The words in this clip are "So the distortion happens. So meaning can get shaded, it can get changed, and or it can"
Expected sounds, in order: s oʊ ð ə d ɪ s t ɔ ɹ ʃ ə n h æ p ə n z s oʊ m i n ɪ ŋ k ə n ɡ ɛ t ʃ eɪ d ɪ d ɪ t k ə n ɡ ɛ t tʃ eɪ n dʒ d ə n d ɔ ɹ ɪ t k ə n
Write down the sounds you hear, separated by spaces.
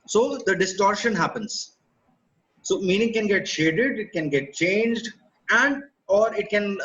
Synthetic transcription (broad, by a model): s oʊ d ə d ɪ s t ɔ ɹ ʃ ə n h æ p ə n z s oʊ m i n ɪ ŋ k ə n ɡ ɛ t ʃ eɪ d ɪ d ɪ t k ə n ɡ ɛ t tʃ eɪ n dʒ d ə n d ɔ ɹ ɪ t k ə n